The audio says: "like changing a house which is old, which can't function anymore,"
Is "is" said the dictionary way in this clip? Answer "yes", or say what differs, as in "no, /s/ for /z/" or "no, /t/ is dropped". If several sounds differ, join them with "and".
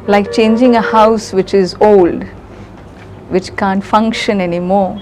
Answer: yes